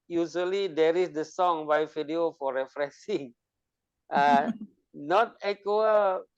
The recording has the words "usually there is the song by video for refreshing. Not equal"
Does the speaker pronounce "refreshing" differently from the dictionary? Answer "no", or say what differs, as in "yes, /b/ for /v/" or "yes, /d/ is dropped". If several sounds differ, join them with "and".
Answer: yes, /s/ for /ʃ/